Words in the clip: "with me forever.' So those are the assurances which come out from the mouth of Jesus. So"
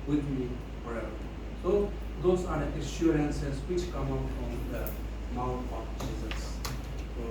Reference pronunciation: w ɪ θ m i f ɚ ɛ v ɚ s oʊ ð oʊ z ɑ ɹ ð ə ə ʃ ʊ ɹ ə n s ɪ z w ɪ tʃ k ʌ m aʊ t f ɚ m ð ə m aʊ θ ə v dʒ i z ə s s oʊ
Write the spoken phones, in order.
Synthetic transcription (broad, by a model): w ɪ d m i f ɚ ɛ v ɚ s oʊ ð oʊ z ɑ ɹ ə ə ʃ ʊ ɹ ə n s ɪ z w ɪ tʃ k ʌ m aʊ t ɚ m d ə m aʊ t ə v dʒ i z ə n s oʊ